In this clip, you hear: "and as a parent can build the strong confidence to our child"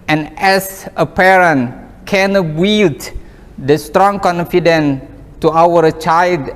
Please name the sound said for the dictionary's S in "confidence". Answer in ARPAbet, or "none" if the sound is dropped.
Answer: none